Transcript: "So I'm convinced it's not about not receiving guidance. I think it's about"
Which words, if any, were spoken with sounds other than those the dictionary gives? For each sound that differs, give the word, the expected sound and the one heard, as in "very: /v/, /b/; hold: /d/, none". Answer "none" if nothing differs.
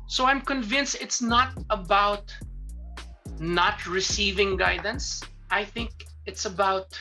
none